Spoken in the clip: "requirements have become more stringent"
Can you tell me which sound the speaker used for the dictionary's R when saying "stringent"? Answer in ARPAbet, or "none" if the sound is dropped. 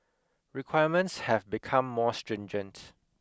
R